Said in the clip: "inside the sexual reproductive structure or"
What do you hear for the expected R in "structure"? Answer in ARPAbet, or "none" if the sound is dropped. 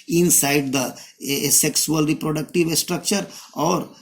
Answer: R